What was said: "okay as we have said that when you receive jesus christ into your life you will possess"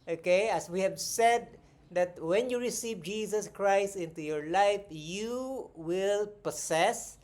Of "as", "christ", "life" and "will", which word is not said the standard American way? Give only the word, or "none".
as